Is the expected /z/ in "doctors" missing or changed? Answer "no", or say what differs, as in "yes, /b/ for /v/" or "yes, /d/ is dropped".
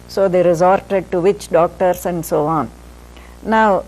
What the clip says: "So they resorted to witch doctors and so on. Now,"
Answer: yes, /s/ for /z/